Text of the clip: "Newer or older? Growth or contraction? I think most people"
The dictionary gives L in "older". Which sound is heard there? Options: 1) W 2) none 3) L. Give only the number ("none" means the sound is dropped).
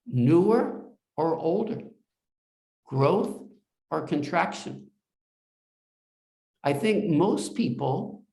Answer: 3